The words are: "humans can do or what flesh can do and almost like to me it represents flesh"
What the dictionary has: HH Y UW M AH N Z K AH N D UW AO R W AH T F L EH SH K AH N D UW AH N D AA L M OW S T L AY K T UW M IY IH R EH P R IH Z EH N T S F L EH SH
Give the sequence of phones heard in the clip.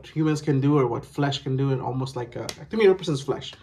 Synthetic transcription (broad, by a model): HH Y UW M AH N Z K AH N D UW AO R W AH T F L EH SH K AH N D UW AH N AA L M OW S T L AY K T UW M IY IH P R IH S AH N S F L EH SH